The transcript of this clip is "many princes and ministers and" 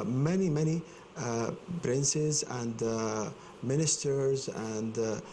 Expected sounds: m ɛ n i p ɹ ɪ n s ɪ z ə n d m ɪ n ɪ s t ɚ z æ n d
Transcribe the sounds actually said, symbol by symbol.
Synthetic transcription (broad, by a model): m ɛ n i p ɹ ɪ n s ɪ z ə n d m ɪ n ɪ s t ɚ z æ n d